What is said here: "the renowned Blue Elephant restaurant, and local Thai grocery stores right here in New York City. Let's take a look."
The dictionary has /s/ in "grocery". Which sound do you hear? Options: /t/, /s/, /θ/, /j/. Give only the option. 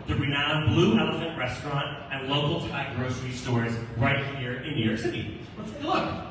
/s/